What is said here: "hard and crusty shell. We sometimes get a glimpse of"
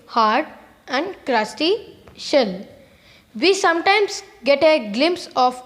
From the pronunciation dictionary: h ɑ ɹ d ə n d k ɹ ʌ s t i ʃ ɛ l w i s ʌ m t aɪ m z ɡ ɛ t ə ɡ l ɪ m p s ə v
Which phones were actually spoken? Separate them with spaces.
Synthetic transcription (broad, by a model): h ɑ ɹ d ə n d k ɹ ʌ s t i ʃ ɛ l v i s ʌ m t aɪ m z ɡ ɛ t ə ɡ l ɪ m p s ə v